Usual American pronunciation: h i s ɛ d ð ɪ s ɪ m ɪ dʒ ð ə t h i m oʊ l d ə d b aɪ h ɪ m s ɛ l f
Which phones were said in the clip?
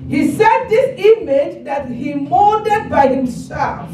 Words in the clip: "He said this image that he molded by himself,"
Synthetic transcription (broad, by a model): h i s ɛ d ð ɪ s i m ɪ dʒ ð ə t h i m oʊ d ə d b aɪ h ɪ m s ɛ l f